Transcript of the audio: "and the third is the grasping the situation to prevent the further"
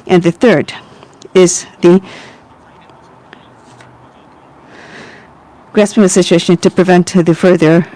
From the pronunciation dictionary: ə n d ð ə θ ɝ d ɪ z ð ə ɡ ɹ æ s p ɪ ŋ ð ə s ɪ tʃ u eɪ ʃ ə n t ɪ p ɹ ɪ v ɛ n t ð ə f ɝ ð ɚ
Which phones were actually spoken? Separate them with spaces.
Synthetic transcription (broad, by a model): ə n ð ə θ ɝ d ɪ z ð ə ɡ ɹ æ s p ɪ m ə s ɪ tʃ u eɪ ʃ ə n t ɪ p ɹ ɪ v ɛ n t ð ə f ɝ ð ɚ